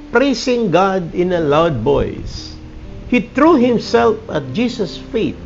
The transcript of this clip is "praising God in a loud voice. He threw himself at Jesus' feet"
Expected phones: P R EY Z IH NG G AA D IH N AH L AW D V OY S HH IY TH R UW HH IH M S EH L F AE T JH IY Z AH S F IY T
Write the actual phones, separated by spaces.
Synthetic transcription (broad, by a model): P R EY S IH NG G AA D IH N AH L AW D B OY S HH IY T R UW HH IH M S EH L F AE T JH IY S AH S F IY T